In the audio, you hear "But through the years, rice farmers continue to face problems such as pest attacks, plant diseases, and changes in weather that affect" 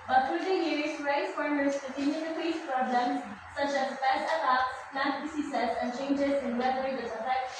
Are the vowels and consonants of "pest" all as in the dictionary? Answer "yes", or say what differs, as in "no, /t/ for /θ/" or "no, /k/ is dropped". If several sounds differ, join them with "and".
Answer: no, /t/ is dropped